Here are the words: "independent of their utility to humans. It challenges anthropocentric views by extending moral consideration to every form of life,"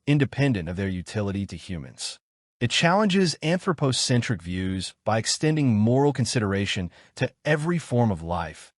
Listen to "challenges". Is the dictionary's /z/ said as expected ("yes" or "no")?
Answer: yes